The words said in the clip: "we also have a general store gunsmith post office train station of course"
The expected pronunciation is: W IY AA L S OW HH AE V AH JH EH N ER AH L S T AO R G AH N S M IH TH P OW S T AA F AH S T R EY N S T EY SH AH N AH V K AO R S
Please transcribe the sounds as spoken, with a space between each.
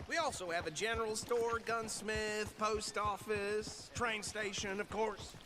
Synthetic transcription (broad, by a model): W IY AA L S OW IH V AH JH EH N ER L S T AO R G AH N S M IH TH P OW S T AA F AH S T R EY N S T EY SH AH N AH V K AO R S